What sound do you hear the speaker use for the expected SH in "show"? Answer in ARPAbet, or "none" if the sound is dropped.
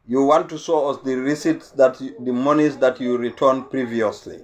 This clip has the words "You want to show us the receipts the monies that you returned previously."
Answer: S